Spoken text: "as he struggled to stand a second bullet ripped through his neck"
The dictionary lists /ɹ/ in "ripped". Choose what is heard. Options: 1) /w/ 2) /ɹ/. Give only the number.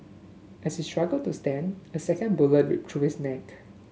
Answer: 1